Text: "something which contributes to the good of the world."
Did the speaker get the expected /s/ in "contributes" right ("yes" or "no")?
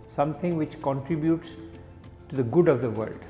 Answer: yes